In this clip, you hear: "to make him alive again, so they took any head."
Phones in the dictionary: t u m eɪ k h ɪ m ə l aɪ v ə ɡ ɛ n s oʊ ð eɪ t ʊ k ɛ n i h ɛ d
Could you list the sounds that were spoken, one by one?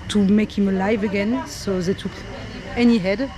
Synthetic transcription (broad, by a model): t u m eɪ k h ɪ m ə l aɪ v ə ɡ ɛ n s oʊ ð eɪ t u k ɛ n i h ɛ d